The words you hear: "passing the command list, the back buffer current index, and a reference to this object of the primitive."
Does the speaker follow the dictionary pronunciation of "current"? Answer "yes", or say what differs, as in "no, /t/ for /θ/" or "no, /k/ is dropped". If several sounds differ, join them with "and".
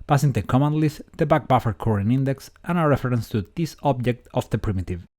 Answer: no, /t/ is dropped